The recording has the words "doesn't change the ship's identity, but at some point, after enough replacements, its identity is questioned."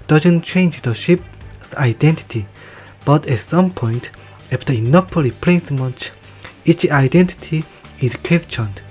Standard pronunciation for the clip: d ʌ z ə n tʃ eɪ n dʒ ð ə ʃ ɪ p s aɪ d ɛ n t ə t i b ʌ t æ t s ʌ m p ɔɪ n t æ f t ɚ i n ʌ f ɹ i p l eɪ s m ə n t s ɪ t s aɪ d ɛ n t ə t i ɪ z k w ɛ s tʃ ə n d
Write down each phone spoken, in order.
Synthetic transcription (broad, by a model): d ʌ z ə n tʃ eɪ n dʒ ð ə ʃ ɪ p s aɪ d ɛ n t ə t i b ʌ t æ t s ʌ m p ɔɪ n t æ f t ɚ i n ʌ p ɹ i p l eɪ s m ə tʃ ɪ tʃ aɪ d ɛ n t ə t i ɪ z k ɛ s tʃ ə n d